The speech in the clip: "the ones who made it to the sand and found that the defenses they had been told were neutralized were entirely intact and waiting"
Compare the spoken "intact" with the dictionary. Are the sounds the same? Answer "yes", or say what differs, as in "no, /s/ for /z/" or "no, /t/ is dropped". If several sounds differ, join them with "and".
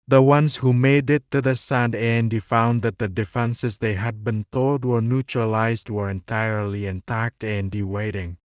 yes